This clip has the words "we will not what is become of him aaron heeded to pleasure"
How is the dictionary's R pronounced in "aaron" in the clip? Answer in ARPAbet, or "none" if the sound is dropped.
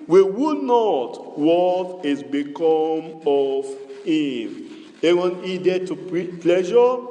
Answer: W